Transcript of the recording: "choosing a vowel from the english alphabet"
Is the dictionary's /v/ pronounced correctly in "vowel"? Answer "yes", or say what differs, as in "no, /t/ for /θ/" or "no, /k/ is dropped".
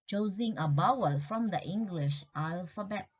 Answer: no, /b/ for /v/